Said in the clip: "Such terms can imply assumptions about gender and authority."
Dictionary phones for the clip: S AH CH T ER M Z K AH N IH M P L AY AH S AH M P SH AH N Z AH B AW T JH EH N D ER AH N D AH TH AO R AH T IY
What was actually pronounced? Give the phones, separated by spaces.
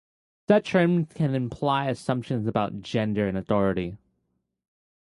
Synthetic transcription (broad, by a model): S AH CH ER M K AH N IH M P L AY AH S AH M P SH AH N Z AH B AW T JH EH N D ER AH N AH TH AO R AH T IY